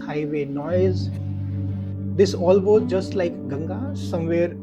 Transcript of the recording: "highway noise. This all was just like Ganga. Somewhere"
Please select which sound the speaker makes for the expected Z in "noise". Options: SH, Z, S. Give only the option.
Z